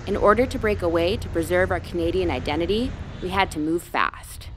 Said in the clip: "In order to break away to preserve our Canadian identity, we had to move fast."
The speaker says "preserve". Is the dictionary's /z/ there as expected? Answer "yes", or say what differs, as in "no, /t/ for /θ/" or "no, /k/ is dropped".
yes